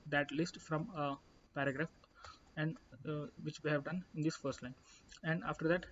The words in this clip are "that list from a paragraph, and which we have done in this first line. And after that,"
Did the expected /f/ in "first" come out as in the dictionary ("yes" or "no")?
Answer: yes